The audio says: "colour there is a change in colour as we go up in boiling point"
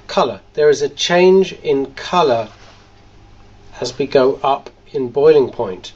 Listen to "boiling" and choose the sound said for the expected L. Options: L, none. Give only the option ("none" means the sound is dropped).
L